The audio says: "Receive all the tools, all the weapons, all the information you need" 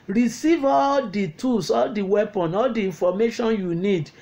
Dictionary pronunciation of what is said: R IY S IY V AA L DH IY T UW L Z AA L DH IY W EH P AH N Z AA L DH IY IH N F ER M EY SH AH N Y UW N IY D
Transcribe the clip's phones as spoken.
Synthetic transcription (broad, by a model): R IY S IY V AA L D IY T UW L S AA L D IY W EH P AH N AA L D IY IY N F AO M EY SH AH N Y UW N IY D